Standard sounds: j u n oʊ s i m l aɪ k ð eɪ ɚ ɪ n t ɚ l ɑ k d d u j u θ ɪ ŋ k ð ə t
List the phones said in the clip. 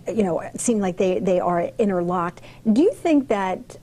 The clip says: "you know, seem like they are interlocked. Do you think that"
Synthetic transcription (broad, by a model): j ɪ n oʊ s i m l aɪ k ð eɪ ɚ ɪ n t ɚ l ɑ k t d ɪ j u θ ɪ ŋ k ð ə t